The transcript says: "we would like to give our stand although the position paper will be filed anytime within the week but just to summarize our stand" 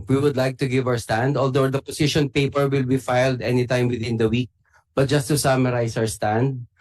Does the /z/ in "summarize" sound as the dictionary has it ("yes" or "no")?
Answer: no